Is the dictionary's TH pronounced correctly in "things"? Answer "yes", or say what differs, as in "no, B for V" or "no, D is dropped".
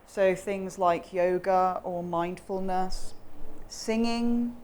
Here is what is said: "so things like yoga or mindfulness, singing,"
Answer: yes